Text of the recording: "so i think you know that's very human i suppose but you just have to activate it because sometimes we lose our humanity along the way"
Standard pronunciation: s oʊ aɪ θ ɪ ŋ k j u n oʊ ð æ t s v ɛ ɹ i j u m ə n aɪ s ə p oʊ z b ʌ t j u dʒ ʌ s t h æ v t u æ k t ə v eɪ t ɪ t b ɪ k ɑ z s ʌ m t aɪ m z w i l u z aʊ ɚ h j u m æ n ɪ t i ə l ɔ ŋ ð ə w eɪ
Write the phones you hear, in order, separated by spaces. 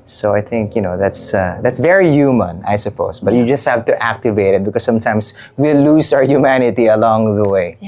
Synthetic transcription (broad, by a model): s oʊ aɪ θ ɪ ŋ k j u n oʊ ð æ t s v ɛ ɹ i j u m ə n aɪ s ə p oʊ s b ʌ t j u dʒ ʌ s t h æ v t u æ k t ə v eɪ t ɪ t b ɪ k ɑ s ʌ m t aɪ m s w i l u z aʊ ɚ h j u m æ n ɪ t i ə l ɔ ŋ ð ə w eɪ